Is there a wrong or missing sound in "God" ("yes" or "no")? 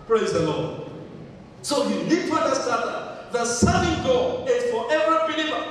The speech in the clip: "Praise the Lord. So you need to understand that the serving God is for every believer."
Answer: yes